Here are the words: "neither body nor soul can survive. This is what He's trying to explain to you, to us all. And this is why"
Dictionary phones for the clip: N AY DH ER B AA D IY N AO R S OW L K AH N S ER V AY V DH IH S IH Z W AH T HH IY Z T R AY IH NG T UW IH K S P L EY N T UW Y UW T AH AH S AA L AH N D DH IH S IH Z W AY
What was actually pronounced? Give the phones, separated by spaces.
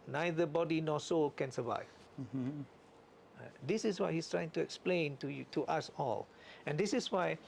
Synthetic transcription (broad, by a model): N AY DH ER B AA D IY N AO S OW L K AH N S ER V AY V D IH S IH S W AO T HH IY S T R AY IH NG T UW IH K S P L EY N T UW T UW T AH S AA L AH N D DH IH S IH S W AY